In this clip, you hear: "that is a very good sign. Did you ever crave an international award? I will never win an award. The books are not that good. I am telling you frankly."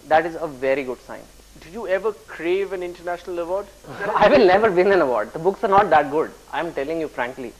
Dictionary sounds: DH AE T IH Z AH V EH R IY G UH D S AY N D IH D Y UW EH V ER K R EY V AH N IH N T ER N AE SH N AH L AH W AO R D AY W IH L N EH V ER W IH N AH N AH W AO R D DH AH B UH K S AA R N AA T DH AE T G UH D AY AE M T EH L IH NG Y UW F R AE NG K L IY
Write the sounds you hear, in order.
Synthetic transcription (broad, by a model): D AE T IH Z AH V EH R IY G UH D S AY N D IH Y UW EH V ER K R EY V AH N IH N T ER N AE SH N AH L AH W AO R D AY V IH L N EH V ER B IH N AH N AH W AO R D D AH B UH K S AA R N AA T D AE T G UH D AY M T EH L IH NG Y UW F R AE NG K L IY